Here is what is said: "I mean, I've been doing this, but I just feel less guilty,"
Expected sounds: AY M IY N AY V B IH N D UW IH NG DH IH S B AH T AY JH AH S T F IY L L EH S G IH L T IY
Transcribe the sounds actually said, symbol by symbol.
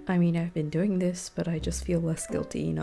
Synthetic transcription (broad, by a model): AY M IY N AY V B IH N D UW IH NG DH IH S B AH T AY JH AH S T F IY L L EH S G IH L T IY